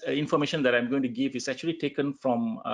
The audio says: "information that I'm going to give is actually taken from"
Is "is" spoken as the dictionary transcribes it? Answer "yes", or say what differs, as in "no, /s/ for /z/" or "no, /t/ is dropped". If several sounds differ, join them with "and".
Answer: no, /s/ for /z/